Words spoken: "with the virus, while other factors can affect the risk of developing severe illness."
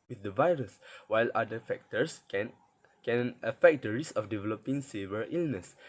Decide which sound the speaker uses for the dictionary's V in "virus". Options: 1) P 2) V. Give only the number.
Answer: 2